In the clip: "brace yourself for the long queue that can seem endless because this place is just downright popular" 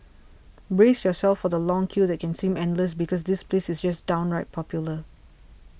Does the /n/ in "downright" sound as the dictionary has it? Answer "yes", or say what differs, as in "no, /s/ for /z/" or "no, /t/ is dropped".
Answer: yes